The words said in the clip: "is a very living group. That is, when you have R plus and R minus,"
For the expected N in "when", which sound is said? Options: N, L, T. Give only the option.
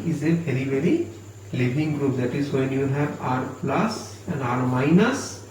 N